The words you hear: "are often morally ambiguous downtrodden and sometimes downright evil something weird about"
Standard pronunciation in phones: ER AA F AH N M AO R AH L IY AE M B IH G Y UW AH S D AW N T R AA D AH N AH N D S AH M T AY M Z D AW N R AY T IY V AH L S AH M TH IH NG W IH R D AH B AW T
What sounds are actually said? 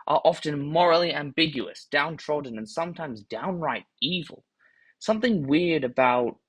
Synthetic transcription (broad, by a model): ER AA F AH N M AO R L IY AE M B IH G Y UW AH S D AW N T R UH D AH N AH N S AH M T AY M Z D AW N R AY T IY V L S AH M TH IH NG W IH R D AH B AW T